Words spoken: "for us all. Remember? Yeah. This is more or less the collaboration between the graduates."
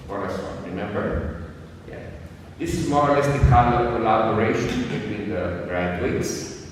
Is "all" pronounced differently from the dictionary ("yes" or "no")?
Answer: yes